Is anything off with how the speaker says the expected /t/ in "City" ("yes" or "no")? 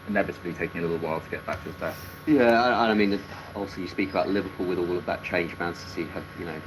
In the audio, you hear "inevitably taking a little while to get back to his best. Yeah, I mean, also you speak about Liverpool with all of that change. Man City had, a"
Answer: yes